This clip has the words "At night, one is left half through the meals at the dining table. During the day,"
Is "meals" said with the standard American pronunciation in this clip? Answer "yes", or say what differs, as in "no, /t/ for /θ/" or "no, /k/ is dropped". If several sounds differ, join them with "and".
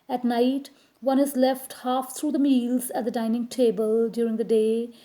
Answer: yes